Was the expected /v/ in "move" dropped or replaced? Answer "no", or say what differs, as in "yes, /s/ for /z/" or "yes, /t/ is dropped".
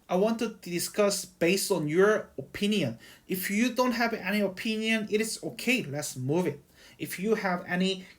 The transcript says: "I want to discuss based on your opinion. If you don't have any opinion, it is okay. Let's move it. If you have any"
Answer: no